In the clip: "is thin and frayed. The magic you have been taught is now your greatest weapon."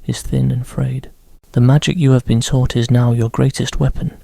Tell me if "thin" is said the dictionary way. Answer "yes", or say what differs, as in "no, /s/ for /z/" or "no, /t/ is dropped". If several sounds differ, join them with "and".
yes